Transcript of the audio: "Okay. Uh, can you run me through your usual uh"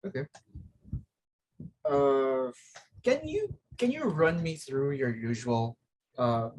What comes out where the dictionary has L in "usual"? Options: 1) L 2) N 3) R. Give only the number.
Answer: 1